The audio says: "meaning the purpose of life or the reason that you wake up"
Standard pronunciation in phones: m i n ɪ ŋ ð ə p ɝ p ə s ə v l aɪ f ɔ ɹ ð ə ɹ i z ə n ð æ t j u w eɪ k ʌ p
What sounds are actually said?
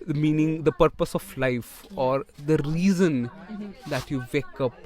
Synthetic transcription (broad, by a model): m i n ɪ ŋ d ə p ɝ p ə s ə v l aɪ f ɔ ɹ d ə ɹ i z ə n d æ t j u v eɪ k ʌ p